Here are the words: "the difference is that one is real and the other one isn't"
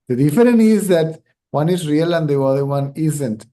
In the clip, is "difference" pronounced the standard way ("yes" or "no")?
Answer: no